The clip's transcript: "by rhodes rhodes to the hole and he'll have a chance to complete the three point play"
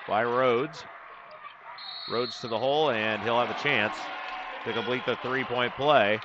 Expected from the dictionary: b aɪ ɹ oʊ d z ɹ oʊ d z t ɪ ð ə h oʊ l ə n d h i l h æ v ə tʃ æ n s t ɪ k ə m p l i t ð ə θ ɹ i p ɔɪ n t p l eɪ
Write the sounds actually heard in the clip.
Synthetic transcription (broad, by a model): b aɪ ɹ oʊ d z ɹ oʊ d z t ɪ ð ə h oʊ l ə n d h i l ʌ v ə tʃ æ n s t ɪ k ə m p l i t ð ə θ ɹ i p ɔɪ n p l eɪ